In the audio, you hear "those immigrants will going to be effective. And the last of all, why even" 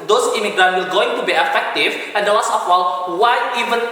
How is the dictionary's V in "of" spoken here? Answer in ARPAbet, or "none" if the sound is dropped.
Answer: W